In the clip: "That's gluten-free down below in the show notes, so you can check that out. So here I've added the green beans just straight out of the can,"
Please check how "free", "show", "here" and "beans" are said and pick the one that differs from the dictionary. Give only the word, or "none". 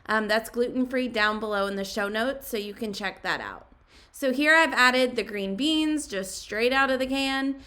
none